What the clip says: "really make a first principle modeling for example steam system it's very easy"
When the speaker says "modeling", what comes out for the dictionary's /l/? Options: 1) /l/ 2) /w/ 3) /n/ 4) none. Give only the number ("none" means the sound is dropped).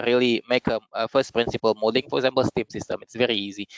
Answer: 4